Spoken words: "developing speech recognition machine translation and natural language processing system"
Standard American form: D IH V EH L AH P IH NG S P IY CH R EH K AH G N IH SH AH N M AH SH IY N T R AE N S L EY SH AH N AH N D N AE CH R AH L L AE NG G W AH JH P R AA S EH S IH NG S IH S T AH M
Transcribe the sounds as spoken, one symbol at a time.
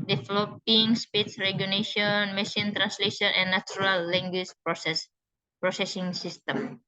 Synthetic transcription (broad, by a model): D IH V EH L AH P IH NG S P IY S R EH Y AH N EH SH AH N M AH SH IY N T R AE N S L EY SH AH N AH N N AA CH R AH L L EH NG G W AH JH P R AA S EH S IH NG S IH S T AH M